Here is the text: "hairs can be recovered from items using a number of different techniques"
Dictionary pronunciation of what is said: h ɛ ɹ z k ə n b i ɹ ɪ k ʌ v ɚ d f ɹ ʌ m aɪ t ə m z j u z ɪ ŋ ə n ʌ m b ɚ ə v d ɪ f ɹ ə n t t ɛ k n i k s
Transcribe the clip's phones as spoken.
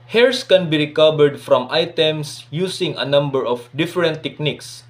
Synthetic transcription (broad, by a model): h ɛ ɹ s k ə n b i ɹ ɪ k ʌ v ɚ d f ɹ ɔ m aɪ t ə m s j u s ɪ ŋ ə n ʌ m b ɚ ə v d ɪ f ɹ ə n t t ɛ k n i k s